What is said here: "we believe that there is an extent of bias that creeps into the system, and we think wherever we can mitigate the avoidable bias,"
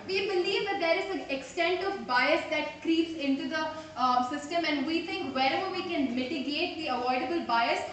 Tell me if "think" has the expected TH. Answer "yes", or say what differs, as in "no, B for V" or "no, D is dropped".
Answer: no, T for TH